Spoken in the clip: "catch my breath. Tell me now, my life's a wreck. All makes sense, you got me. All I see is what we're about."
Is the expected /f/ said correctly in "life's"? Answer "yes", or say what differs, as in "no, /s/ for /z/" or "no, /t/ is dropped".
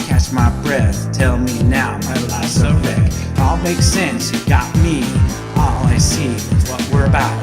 no, /f/ is dropped